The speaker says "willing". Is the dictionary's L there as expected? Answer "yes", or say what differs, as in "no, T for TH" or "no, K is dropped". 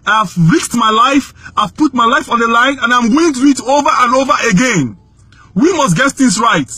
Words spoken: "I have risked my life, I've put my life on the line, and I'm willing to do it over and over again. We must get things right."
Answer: no, L is dropped